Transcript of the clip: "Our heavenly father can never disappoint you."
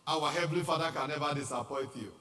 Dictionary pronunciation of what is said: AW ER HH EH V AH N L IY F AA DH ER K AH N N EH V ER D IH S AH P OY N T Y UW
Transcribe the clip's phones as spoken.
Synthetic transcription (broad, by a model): AW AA HH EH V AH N L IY F AA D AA K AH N N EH V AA D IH S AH P OY T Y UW